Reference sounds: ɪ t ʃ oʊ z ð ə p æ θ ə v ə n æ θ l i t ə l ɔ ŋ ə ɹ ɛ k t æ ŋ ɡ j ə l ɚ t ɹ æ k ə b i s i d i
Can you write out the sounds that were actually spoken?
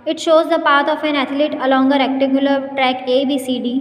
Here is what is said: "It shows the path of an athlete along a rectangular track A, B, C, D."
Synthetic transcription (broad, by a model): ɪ t ʃ oʊ z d ə p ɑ t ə f ə n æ t l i t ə l ɔ ŋ ə ɹ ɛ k t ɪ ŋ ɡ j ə l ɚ t ɹ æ k ə b i s i d i